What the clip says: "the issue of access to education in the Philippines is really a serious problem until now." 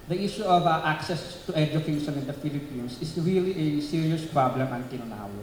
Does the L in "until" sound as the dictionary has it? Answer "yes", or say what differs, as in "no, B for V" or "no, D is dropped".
no, N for L